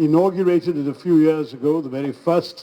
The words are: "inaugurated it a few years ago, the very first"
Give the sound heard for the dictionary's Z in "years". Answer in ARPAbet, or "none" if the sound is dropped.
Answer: Z